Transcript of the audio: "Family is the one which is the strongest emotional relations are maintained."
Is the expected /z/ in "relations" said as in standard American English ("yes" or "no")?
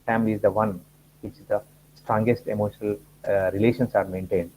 no